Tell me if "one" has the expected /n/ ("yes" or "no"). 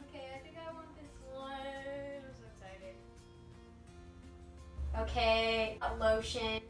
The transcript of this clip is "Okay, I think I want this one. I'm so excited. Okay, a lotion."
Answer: no